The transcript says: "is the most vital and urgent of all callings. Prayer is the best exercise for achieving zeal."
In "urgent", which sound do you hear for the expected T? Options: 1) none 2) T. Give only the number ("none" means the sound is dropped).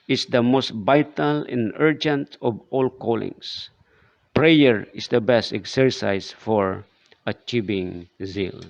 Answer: 2